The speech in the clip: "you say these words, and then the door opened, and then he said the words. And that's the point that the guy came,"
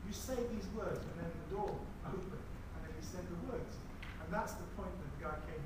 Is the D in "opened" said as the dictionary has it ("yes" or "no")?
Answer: no